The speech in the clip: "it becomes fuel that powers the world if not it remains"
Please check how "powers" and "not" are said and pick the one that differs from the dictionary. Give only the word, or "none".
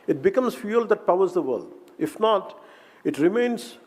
none